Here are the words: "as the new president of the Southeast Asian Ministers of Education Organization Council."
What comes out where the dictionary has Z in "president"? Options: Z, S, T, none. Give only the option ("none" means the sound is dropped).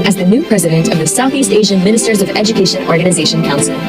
Z